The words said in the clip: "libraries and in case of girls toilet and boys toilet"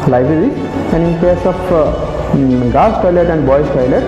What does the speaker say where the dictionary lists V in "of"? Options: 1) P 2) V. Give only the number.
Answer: 1